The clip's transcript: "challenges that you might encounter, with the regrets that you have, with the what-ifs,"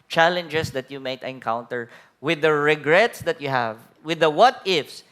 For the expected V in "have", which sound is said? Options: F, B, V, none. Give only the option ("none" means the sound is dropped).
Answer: V